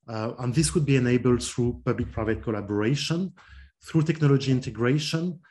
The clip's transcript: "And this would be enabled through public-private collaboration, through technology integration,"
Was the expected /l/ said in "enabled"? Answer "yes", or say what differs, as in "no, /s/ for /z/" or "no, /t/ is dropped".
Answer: yes